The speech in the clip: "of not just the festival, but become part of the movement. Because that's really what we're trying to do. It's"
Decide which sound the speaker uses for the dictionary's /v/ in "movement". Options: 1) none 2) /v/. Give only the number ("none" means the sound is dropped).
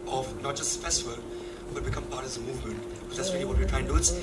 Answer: 2